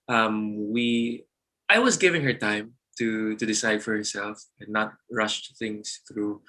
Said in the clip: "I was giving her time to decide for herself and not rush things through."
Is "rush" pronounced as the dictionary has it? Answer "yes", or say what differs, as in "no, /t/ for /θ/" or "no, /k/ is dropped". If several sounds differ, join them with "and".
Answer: yes